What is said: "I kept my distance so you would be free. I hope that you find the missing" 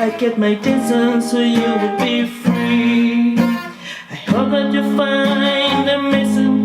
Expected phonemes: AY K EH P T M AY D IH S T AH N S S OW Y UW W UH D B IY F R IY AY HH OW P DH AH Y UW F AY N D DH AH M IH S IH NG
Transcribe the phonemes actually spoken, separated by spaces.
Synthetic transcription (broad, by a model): AY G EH T M AY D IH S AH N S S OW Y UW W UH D B IY F R IY AY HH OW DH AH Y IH F AY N DH AH M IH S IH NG